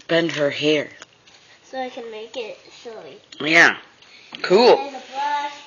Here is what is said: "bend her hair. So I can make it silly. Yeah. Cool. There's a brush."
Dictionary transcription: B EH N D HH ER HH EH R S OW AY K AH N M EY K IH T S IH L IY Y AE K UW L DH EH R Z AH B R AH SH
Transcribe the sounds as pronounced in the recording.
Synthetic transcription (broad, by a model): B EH N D HH ER HH EH R S OW AY K AH N M EY K IH T SH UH L IY Y AE K UW L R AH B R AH